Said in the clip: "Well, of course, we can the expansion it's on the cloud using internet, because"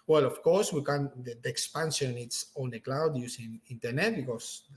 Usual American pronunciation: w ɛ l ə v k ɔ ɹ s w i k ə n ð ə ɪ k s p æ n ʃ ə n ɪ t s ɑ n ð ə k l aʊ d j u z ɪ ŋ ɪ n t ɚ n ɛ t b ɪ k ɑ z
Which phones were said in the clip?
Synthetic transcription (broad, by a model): w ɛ l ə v k ɔ ɹ s w i k ə n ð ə k s p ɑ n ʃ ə n ɪ t s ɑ n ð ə k l aʊ d j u s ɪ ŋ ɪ n t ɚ n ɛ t b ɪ k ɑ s